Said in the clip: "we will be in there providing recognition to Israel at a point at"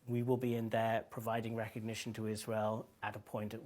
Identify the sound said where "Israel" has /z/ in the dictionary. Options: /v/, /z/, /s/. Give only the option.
/z/